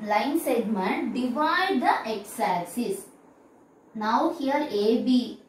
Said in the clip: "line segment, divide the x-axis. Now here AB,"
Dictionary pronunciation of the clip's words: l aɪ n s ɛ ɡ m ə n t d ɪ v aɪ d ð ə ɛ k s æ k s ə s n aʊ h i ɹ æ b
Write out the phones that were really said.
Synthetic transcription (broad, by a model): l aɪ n s ɛ ɡ m ə n t d ɪ v aɪ d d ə ɛ k s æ s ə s n aʊ h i ɹ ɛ b